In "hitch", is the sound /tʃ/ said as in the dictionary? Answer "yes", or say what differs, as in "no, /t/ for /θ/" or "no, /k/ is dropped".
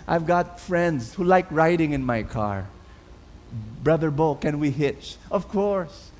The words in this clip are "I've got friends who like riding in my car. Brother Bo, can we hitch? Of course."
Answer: yes